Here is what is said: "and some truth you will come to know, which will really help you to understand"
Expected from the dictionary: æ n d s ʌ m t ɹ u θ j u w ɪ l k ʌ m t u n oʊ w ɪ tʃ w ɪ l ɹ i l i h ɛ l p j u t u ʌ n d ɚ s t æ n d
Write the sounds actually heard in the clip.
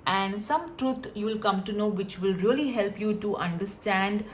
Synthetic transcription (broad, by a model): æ n d s ʌ m t ɹ u t j u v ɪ l k ʌ m t u n oʊ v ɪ tʃ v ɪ l ɹ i l i h ɛ l p j u t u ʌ n d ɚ s t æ n d